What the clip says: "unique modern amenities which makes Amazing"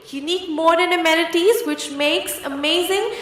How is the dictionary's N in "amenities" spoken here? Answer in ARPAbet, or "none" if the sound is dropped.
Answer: L